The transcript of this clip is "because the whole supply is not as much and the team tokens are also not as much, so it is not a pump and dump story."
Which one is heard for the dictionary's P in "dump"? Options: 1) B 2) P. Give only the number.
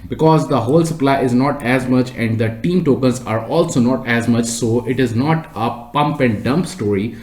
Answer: 2